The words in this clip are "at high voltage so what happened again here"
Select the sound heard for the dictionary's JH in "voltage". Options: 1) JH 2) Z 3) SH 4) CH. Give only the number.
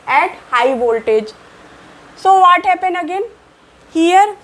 1